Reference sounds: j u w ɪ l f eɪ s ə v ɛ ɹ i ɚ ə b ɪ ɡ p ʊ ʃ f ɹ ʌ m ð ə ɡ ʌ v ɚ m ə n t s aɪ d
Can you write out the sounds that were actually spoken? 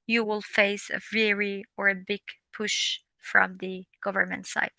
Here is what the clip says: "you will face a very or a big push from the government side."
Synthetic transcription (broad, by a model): j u w ɪ l f eɪ s ə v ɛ ɹ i ɚ ə b ɪ ɡ p ʊ ʃ f ɹ ʌ m ð ə ɡ ʌ v ɚ m ə n t s aɪ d